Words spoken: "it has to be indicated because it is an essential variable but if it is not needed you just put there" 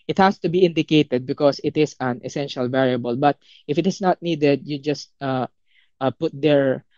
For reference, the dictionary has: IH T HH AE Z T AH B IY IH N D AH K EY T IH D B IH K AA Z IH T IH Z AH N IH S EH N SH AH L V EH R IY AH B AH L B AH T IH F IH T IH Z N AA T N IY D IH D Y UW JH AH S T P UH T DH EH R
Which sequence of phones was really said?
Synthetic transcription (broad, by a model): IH T HH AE S T AH B IY IH N D AH K EY T IH D B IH K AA S IH T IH S AH N IH S EH N SH AH L V EH R IY AH B AH L B AH T IH F IH T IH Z N AA T N IY D IH D Y UW JH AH S T P UH T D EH R